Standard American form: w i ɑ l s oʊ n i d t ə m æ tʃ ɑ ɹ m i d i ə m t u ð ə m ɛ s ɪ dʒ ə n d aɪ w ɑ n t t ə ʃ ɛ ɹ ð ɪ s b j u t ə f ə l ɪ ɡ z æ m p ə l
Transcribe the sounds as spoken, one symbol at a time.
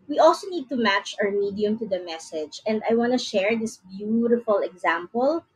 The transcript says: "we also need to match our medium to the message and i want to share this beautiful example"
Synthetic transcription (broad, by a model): w i ɑ l s oʊ n i d t ə m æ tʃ ɑ ɹ m i d i ə m t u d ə m ɛ s ɪ dʒ ə n d aɪ w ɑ n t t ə ʃ ɛ ɹ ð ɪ s b j u t ə f ə l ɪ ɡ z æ m p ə l